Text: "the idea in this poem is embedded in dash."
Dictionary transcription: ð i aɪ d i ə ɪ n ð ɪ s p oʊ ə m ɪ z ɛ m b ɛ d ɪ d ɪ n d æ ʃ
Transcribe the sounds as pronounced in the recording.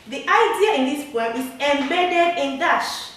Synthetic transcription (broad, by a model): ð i aɪ d i ə ɪ n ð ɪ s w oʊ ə ɪ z ɛ m b ɛ d ɪ d ɪ n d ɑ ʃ